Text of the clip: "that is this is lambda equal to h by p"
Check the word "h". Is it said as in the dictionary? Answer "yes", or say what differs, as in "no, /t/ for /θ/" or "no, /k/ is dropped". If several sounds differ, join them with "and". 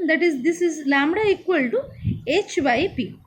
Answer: yes